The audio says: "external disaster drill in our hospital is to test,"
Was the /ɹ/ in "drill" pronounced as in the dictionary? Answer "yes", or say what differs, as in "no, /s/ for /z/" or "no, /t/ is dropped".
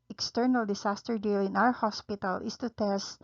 no, /ɹ/ is dropped